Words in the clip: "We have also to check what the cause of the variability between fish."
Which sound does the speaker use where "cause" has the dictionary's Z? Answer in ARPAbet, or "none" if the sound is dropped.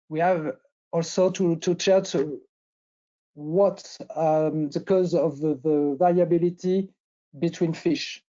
Z